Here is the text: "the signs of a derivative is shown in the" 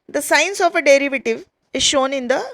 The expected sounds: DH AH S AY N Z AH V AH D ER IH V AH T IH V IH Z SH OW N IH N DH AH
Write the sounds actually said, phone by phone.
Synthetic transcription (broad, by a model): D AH S AY N S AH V AH D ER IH V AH T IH V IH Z SH OW N IH N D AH